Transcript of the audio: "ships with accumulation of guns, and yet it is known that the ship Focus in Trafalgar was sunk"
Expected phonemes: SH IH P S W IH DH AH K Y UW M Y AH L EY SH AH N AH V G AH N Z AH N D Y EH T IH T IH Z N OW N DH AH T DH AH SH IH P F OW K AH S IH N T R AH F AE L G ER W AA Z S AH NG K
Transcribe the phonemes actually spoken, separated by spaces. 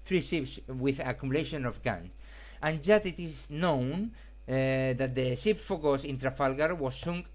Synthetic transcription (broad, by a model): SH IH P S W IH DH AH K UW M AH L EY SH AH N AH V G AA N S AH N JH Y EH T IH T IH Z N OW N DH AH T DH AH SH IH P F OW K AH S IH N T R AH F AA L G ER W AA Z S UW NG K